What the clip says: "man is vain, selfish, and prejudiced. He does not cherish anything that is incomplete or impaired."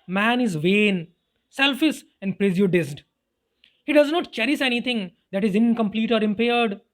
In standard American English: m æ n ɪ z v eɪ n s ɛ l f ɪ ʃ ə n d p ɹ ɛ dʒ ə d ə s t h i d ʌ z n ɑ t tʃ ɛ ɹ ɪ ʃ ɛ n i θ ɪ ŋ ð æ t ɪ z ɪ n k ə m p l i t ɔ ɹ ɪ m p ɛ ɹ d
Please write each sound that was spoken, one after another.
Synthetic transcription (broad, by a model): m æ n ɪ z v eɪ n s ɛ l f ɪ s ə n d p ɹ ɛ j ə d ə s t h i d ʌ z n ɑ t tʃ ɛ ɹ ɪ s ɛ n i t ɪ ŋ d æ t ɪ z ɪ n k ə m p l i t ɔ ɹ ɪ m p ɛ ɹ d